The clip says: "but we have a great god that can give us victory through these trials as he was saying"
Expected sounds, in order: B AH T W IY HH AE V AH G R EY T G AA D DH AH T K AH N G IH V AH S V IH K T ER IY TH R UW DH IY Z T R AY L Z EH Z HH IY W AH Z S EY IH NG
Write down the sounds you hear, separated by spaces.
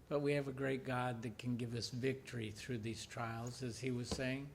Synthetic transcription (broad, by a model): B AH T W IY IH V AH G R EY T G AA D DH AH T K AH N G IH V AH S V IH K T ER IY TH R UW DH IY Z T R AY L Z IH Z IY W AH Z S EY IH NG